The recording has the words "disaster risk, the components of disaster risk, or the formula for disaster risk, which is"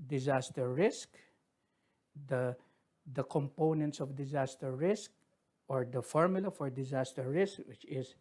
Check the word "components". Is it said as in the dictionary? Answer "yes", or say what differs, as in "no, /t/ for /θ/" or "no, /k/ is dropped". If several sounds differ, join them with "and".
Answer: yes